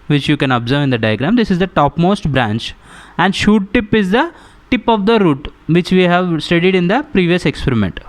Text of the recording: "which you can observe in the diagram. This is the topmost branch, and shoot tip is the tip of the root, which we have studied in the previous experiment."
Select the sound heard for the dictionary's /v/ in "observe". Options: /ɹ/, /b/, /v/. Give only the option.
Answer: /v/